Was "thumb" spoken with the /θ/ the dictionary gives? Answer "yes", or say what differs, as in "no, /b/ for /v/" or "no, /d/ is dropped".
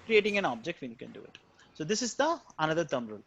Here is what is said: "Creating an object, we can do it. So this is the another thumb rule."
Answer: no, /t/ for /θ/